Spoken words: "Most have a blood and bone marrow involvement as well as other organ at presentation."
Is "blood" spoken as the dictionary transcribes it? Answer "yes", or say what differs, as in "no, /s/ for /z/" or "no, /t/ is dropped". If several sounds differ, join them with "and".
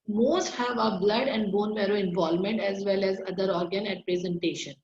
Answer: yes